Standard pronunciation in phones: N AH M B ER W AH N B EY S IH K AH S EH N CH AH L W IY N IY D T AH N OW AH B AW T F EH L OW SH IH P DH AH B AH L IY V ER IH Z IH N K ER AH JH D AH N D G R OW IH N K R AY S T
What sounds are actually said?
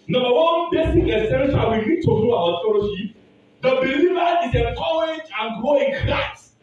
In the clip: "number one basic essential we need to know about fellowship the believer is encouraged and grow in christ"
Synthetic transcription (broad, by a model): N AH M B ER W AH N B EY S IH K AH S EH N S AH W IY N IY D T AH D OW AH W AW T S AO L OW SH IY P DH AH B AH L IY V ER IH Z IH K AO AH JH AH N G R OW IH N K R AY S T